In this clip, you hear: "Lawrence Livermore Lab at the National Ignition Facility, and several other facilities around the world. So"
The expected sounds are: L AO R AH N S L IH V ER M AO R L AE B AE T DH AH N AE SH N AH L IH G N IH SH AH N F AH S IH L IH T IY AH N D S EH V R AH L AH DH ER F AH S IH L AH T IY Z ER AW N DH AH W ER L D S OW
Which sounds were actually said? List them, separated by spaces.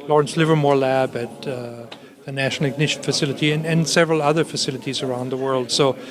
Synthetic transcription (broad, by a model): L AO R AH N S L IH V ER M AO R L AE B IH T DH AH N AE SH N L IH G N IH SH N F AH S IH L IH T IY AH N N S EH V R AH L AH DH ER F AH S IH L AH T IY Z ER AW N DH AH W ER L D S OW